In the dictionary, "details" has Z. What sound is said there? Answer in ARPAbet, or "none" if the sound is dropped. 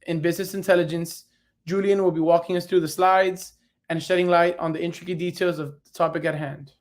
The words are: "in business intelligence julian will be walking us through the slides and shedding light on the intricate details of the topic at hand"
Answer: Z